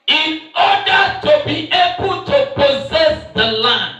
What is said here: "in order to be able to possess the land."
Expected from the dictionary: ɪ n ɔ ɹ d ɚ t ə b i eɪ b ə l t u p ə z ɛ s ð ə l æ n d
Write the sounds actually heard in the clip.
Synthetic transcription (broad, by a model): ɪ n ɔ d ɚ t ə b i eɪ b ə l t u p ə z ɛ s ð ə l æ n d